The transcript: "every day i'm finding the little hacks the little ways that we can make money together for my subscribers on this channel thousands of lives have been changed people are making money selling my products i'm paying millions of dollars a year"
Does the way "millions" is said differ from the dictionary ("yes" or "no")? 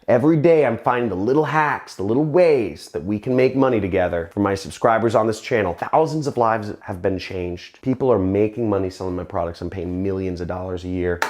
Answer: no